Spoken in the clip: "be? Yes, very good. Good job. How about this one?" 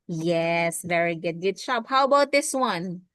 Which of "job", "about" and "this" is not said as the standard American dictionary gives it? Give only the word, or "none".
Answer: job